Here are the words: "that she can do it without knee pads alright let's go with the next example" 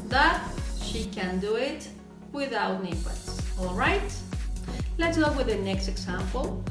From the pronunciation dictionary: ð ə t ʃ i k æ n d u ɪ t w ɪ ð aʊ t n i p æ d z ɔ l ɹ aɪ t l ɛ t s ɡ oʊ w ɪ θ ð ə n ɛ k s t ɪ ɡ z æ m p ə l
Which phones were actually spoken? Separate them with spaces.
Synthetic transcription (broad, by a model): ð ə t ʃ i k æ n d u ɪ t w ɪ ð aʊ t n i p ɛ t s ɔ l ɹ aɪ t l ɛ t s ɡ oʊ w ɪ ð ə n ɛ k s t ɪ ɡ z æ m p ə l